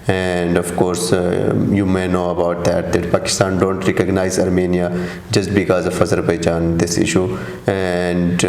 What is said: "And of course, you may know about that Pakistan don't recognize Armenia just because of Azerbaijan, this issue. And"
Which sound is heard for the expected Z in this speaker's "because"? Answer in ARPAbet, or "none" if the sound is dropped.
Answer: Z